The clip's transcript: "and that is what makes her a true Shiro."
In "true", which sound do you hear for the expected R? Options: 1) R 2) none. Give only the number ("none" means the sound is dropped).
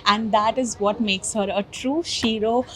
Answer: 1